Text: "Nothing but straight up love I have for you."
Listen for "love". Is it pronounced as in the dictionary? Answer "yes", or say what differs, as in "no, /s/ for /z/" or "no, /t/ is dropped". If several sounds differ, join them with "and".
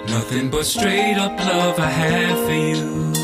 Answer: yes